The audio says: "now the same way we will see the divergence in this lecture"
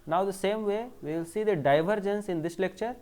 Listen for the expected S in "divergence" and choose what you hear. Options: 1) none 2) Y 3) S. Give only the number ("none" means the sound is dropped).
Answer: 3